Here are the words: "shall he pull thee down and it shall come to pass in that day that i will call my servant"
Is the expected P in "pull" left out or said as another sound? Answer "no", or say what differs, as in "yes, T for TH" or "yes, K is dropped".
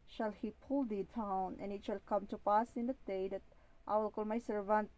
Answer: no